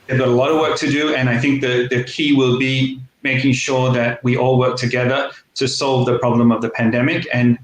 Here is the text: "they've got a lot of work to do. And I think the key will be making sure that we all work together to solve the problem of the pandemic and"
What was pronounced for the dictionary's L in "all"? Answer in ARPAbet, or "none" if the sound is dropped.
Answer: L